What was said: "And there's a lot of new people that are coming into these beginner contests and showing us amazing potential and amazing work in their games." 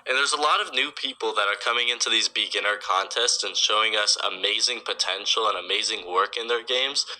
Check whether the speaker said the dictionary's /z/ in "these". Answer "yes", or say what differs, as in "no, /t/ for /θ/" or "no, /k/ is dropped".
yes